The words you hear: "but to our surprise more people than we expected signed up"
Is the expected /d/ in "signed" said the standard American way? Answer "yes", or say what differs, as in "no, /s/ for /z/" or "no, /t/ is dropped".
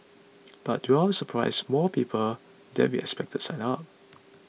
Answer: no, /d/ is dropped